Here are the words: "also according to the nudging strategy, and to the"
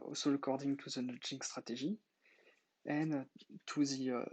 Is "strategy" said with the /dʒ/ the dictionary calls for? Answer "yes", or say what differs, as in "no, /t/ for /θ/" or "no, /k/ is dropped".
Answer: no, /ʒ/ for /dʒ/